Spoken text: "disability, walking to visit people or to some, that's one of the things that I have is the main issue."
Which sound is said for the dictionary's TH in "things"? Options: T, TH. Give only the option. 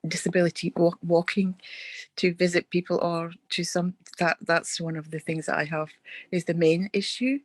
TH